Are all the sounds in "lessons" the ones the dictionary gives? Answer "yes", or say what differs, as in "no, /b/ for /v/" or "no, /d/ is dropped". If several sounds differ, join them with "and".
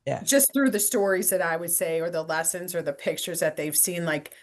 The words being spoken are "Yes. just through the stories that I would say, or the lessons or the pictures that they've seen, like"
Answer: yes